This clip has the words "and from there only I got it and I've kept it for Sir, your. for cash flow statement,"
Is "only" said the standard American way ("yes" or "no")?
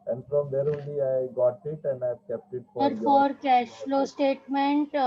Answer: no